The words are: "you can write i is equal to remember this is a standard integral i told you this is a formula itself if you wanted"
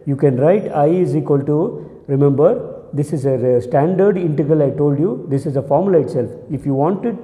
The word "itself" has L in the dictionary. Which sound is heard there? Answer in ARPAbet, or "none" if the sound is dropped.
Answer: L